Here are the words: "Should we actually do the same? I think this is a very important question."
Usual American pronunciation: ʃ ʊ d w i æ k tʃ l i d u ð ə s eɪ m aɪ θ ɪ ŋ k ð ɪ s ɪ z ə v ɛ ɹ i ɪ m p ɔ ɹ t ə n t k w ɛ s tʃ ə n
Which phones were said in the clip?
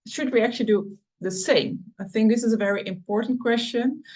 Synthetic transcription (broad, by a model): ʃ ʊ d w i æ k tʃ l i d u ð ə s eɪ m aɪ θ ɪ ŋ k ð ɪ s ɪ z ə v ɛ ɹ i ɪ m p ɔ ɹ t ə n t k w ɛ s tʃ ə n